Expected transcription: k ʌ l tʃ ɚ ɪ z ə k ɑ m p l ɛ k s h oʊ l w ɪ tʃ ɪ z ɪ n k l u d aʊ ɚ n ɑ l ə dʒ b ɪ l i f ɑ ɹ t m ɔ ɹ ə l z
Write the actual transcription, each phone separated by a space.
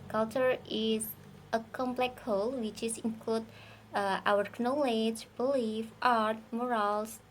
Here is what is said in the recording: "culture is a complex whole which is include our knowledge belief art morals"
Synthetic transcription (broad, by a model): k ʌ l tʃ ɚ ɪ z ə k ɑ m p l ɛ k h oʊ l w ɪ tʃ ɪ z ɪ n k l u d aʊ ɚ n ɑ l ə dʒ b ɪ l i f ɑ ɹ t m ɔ ɹ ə l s